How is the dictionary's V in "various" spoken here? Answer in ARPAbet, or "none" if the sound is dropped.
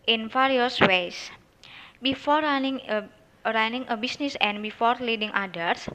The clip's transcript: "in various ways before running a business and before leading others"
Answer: F